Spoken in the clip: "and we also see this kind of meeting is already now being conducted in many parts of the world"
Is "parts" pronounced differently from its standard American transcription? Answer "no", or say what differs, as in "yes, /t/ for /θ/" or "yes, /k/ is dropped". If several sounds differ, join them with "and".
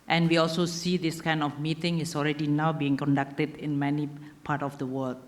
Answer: yes, /s/ is dropped